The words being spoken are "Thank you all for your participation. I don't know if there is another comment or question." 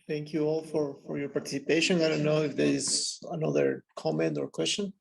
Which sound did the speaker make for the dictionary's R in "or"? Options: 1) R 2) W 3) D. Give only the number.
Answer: 1